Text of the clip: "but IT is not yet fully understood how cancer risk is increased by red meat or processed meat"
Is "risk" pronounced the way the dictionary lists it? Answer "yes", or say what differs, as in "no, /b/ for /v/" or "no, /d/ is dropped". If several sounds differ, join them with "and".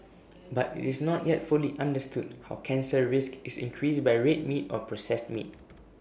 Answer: yes